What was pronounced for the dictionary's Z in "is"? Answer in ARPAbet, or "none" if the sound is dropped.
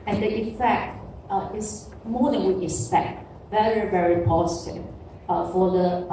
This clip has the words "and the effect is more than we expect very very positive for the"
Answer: S